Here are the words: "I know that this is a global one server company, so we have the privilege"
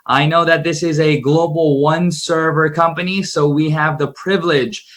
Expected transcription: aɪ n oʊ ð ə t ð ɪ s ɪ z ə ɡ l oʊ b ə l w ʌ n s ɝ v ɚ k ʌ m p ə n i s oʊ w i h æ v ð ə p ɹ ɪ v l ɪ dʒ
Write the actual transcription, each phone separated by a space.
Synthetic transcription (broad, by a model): aɪ n oʊ ð ə t ð ɪ s ɪ z ə ɡ l oʊ b l w ʌ n s ɝ v ɚ k ʌ m p ə n i s oʊ w i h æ v ð ə p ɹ ɪ v l ɪ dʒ